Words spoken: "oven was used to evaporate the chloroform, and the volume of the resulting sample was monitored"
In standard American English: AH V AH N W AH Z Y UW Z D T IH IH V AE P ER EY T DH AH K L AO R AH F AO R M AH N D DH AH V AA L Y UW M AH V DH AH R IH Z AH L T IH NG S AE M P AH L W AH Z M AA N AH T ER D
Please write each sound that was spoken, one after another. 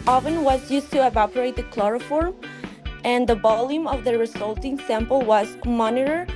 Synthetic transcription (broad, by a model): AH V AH N W AH Z Y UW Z T IH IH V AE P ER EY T DH AH K L AO R AH F AO R M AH N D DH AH B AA L Y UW M AH V DH AH R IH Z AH L T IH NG S AE M P AH L W AH Z M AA N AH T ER